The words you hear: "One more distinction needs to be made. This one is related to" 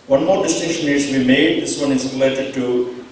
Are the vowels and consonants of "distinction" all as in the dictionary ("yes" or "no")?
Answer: no